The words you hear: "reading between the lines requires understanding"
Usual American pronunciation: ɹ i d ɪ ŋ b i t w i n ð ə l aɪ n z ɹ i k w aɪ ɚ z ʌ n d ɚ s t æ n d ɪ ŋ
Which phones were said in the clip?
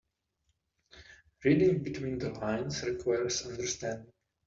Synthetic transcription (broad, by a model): ɹ i d ɪ ŋ b i t w i n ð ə l aɪ n s ɹ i k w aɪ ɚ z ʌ n d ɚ s t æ n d